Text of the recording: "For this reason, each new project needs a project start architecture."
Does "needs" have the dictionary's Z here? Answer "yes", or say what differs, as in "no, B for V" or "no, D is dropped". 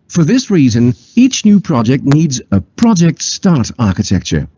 yes